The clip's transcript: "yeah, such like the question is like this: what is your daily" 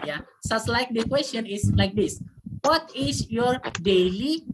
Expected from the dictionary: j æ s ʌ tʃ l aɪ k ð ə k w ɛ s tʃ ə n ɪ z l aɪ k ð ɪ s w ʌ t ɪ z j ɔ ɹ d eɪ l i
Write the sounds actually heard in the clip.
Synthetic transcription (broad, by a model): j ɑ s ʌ s l aɪ k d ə k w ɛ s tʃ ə n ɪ s l aɪ k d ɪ s w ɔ t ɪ s j ɔ ɹ d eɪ l i